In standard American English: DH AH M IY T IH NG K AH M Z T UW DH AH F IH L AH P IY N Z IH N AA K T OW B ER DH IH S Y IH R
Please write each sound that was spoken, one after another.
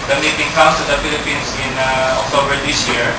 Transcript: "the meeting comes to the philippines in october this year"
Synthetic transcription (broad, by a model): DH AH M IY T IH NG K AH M S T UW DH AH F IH L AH P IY N S IH N AA K T OW B ER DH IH S Y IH R